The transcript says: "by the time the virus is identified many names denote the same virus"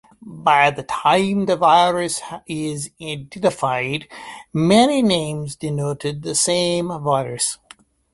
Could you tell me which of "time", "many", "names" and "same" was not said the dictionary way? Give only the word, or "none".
none